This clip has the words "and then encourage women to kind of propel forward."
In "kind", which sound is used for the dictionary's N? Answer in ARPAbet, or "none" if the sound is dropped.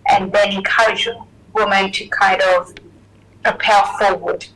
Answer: none